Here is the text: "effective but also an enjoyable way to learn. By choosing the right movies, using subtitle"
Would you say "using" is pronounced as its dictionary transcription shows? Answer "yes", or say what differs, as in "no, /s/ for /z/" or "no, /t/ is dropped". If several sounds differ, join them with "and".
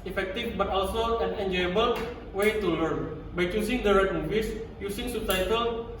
no, /s/ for /z/